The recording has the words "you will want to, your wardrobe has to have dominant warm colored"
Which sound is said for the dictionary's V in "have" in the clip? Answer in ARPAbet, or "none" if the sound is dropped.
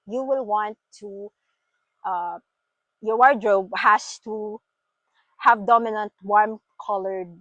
V